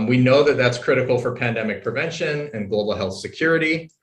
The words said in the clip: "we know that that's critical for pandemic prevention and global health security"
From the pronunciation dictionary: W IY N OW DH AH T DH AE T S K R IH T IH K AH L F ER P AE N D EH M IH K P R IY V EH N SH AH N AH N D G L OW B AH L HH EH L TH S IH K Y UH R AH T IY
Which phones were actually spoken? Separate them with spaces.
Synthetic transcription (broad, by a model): W IY N OW DH AH T DH AE T S K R IH T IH K L F ER P AE N D EH M IH K P R IY V EH N SH AH N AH N G L OW B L HH EH L TH S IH K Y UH R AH T IY